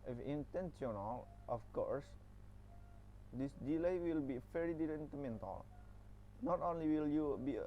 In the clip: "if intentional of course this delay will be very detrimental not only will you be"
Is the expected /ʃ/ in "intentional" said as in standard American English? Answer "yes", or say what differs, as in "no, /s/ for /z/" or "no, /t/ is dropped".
no, /s/ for /ʃ/